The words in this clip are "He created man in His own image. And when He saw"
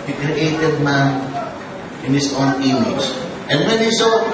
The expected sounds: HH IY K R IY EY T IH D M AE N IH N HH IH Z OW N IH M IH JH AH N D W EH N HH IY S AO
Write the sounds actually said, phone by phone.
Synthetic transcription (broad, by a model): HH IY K R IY EY T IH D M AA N IH N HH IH S OW N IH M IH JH AH N D W EH N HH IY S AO